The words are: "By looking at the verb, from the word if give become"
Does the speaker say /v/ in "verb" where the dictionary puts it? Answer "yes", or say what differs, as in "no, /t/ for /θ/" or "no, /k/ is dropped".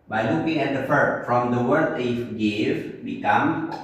no, /f/ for /v/